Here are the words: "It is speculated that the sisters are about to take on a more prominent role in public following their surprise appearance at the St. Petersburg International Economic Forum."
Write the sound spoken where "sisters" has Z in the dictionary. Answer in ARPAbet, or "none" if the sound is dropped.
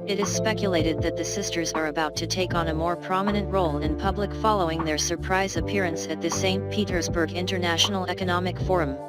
Z